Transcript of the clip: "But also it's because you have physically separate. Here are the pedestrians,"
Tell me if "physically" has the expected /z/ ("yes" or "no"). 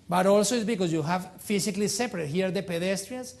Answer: no